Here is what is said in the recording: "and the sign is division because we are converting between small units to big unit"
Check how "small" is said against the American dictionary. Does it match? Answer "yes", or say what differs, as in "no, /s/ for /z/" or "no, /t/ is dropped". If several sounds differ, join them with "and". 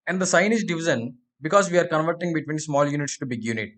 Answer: yes